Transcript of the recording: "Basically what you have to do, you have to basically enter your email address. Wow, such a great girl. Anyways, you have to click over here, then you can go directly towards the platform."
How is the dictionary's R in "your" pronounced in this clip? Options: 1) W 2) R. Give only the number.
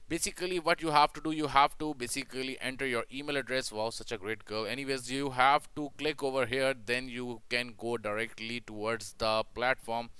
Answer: 2